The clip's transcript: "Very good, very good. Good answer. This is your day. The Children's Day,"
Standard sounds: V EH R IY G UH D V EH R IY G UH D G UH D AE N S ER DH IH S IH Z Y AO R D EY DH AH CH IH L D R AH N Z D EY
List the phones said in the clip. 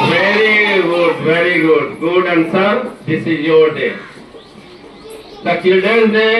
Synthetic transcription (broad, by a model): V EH R IY G UH D V EH R IY G UH D G UH D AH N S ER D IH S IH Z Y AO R D EY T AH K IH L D AH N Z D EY